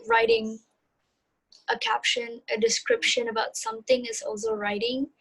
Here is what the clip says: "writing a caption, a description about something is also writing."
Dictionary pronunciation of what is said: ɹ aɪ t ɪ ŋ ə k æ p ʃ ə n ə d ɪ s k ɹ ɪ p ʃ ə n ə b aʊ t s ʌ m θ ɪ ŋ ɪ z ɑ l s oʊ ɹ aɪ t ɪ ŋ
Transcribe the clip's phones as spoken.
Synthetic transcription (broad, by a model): ɹ aɪ t ɪ ŋ ə k æ p ʃ ə n ə d ɪ s k ɹ ɪ p ʃ ə n ə b aʊ t s ʌ m θ ɪ ŋ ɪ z ɑ l s oʊ ɹ aɪ t ɪ ŋ